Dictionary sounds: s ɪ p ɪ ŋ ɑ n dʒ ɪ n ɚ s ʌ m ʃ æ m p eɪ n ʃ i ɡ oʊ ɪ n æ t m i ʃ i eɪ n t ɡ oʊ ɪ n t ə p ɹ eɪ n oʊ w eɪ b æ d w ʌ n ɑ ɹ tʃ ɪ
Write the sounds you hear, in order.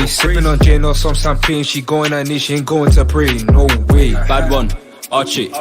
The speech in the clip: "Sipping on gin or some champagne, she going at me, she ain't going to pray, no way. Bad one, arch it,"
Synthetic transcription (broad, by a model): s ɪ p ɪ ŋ ɑ n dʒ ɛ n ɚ s ʌ m s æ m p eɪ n ʃ i ɡ oʊ ɪ n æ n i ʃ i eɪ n ɡ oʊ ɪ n t ə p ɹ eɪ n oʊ w eɪ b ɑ d w ʌ n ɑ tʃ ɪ